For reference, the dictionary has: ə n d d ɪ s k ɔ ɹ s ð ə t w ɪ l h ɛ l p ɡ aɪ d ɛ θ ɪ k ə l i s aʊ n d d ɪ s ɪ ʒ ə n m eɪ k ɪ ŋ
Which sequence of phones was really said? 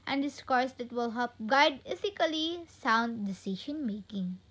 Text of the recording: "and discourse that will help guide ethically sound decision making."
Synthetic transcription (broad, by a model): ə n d d ɪ s k ɔ ɹ s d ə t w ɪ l h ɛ p ɡ aɪ d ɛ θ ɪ k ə l i s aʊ n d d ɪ s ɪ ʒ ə n m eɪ k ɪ ŋ